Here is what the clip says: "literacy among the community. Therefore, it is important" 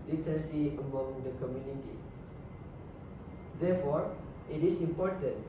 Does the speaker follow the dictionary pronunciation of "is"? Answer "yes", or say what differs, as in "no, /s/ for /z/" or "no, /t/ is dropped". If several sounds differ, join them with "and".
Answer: no, /s/ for /z/